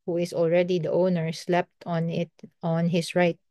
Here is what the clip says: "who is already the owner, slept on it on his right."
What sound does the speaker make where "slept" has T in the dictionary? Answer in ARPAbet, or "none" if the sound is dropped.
T